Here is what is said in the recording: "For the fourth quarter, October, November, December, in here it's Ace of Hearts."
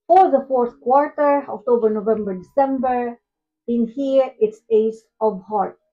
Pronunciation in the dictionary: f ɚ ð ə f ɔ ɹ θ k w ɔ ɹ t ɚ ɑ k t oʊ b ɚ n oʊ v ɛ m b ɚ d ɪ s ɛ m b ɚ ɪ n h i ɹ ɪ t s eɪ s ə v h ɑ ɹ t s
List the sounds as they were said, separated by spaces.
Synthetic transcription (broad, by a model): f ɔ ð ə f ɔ ɹ t k w ɔ ɹ t ɚ ɑ k t oʊ b ɚ n oʊ v ɛ m b ɚ d ɪ s ɛ m b ɚ ɪ n h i ɹ ɪ t s eɪ s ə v h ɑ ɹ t